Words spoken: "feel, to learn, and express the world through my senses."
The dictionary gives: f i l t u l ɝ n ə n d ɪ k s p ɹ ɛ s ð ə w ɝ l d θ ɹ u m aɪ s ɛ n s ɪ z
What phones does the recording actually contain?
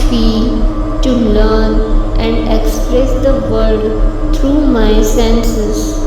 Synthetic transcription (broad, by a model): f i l t u l ɝ n ə n d ɪ k s p ɹ ɛ s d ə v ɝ d t ɹ u m aɪ s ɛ n s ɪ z